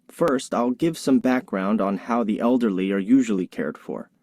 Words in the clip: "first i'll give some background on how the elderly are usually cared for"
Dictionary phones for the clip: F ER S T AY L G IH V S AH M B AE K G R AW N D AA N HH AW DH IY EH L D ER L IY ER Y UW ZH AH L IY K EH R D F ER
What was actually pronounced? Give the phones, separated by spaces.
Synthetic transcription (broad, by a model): F ER S T AY L G IH V S AH M B AE K G R AW N D N HH AW DH IY EH L D ER L IY ER Y UW ZH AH L IY K EH R D F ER